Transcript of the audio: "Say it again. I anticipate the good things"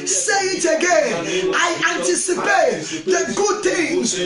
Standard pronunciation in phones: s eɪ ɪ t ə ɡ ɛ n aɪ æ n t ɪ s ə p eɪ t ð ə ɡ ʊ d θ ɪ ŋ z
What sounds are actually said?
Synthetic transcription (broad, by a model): s eɪ ɪ t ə ɡ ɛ n aɪ æ n t ɪ s ə p eɪ t ð ə ɡ ʊ d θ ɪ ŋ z